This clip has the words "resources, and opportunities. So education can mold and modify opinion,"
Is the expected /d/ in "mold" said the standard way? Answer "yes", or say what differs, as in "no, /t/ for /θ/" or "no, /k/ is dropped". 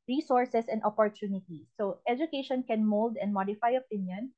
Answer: yes